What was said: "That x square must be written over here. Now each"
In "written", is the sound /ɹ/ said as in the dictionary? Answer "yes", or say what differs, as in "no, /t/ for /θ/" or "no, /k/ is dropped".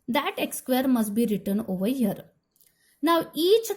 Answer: yes